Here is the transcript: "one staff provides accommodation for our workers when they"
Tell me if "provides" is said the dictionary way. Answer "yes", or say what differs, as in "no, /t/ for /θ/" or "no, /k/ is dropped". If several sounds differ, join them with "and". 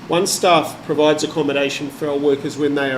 yes